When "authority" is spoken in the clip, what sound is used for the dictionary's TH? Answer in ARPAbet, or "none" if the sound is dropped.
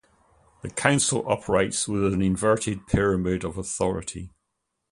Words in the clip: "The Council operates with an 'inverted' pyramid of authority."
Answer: TH